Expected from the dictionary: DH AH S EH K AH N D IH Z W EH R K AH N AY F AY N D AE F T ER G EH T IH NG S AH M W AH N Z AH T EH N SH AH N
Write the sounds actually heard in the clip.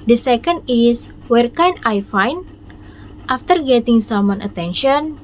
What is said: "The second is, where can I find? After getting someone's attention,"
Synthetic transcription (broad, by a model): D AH S EH K AH N D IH S W EH R K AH N AY F AY N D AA F T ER G EH T IH NG S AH M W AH N AH T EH N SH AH N